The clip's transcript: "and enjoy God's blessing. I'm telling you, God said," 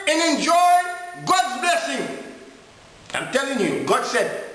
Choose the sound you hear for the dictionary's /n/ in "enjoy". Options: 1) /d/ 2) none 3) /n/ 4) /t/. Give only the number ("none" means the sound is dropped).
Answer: 3